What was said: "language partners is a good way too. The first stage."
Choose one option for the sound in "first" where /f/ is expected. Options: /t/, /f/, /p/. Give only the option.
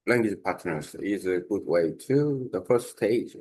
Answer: /f/